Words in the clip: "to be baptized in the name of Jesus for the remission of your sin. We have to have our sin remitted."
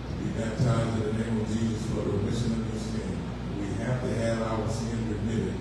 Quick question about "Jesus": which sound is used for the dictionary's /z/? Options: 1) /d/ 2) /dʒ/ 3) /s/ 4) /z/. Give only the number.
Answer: 4